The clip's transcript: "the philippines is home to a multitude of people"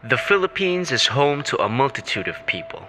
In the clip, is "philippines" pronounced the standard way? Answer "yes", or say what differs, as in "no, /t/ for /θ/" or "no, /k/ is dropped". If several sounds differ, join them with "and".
yes